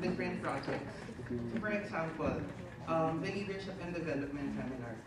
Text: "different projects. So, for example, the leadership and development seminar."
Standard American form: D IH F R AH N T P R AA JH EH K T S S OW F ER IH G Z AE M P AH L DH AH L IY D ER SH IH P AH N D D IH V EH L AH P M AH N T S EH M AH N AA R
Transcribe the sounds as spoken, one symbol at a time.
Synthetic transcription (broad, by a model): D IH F R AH N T P R AA JH EH K T S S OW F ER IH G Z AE M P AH L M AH L IY D ER SH IH P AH N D D IH V EH L AH P M AH N T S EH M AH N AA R